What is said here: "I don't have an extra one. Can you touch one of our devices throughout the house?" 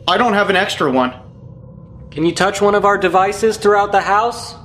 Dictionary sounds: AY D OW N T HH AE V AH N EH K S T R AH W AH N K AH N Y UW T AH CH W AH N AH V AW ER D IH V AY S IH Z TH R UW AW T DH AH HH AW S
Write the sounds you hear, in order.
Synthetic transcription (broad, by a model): AY D OW N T HH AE V AH N EH K S T R AH W AH N K AH N Y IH T AH CH W AH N AH V AW ER D IH V AY S IH Z TH R UW AW T DH AH HH AW S